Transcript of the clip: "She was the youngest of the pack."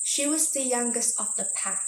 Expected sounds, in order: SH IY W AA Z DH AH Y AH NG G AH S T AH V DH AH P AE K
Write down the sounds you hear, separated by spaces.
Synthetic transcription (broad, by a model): SH IY W AA Z DH AH Y AH NG G AH S T AH V DH AH P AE